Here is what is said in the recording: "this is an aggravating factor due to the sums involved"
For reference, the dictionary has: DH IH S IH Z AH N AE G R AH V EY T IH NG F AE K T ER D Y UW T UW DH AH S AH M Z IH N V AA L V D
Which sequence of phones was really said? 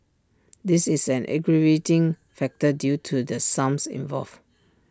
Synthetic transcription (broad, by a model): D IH S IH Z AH N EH G R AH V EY T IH NG F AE K T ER D Y UW T UW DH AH S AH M S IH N V AA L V